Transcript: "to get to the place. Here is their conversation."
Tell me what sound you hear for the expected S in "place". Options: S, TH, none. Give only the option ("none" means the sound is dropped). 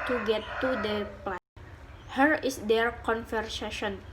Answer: none